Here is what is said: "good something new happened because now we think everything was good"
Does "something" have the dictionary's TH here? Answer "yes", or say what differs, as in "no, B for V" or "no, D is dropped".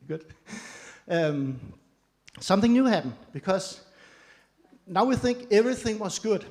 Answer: yes